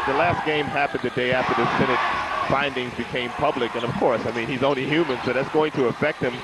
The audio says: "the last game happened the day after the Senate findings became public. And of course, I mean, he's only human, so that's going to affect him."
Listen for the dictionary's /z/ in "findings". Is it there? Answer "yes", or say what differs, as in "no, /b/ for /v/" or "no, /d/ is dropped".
yes